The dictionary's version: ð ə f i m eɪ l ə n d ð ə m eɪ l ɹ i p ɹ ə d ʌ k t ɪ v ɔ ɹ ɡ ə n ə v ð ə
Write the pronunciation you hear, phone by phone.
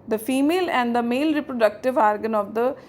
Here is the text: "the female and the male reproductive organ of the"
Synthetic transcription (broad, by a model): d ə f i m eɪ l ə n d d ə m eɪ l ɹ i p ɹ ə d ʌ k t ɪ v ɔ ɹ ɡ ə n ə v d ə